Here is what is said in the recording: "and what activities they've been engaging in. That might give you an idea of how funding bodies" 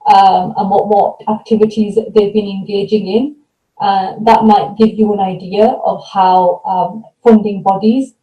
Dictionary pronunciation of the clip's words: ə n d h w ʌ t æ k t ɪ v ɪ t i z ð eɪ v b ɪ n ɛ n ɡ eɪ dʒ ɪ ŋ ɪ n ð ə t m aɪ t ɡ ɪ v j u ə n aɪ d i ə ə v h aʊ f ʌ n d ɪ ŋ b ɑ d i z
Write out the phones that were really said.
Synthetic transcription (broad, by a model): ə n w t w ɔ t æ k t ɪ v ɪ t i z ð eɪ v b ɪ n ɛ n ɡ eɪ dʒ ɪ ŋ ɪ n ð ə t m aɪ t ɡ ɪ v j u ə n aɪ d i ə ə v h aʊ f ʌ n d ɪ ŋ b ɑ d i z